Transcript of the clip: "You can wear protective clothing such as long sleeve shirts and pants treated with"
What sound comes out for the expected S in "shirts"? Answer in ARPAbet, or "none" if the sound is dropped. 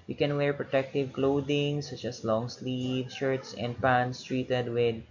S